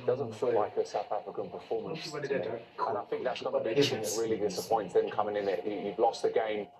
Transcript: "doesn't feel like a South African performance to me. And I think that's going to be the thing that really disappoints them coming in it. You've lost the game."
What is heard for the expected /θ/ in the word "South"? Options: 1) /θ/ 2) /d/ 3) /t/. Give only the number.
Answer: 1